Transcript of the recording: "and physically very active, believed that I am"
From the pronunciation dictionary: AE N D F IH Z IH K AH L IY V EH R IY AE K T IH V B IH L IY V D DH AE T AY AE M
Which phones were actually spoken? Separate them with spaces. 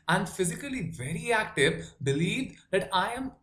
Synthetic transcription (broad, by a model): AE N D F IH Z IH K AH L IY V EH R IY AE K T IH V B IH L IY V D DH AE T AY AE M